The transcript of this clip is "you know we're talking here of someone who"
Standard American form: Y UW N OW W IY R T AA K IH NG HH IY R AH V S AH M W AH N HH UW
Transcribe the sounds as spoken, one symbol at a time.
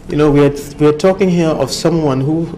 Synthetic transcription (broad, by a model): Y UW N OW W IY W T AA K IH NG HH IY R AH V S AH M W AH N HH UW